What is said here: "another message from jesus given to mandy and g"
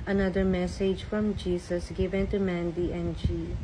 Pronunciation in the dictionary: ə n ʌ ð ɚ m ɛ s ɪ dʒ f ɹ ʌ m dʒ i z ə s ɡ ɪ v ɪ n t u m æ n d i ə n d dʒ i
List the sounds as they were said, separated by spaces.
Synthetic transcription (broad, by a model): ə n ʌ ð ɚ m ɛ s ɪ dʒ f ɹ ʌ m dʒ i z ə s ɡ ɪ v ɪ n t u m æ n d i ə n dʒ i